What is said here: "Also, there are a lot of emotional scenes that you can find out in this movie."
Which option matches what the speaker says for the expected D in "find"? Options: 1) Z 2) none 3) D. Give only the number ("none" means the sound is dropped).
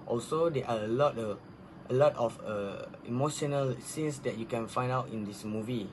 3